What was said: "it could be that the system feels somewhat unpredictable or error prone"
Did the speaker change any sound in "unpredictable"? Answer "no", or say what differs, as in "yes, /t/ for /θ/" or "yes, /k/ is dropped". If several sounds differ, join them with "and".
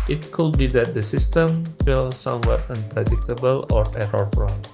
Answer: no